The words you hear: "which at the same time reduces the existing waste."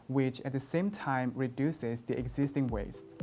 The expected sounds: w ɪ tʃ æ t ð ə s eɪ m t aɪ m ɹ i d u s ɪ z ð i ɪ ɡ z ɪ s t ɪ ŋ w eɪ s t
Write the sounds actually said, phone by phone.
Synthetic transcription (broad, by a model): w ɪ tʃ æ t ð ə s eɪ m t aɪ m ɹ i d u s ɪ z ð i ɪ ɡ z ɪ s t ɪ ŋ w eɪ s t